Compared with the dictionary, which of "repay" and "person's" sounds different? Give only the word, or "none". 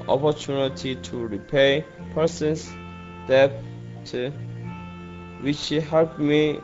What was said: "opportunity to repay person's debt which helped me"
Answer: person's